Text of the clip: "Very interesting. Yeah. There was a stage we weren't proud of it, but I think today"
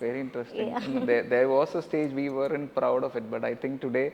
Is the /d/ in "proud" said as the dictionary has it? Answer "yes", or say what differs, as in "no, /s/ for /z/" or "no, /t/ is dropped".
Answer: yes